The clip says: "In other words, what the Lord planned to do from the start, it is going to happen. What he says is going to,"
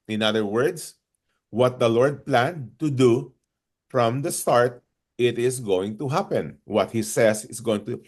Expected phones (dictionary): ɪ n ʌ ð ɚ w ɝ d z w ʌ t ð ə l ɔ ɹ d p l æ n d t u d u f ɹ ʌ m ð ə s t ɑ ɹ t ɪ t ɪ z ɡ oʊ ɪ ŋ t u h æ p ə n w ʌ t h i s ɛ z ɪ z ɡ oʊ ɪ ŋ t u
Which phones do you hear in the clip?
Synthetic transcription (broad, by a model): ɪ n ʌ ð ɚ w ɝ d s w ʌ t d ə l ɔ ɹ d p l æ n d t u d u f ɹ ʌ m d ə s t ɑ ɹ t ɪ t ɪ s ɡ oʊ ɪ ŋ t u h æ p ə n w ʌ t h i s ɛ s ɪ s ɡ oʊ ɪ ŋ t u